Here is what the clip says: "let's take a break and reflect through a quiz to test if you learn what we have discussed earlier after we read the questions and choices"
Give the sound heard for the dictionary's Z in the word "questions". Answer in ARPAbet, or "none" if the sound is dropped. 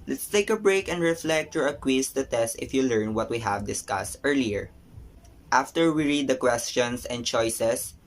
S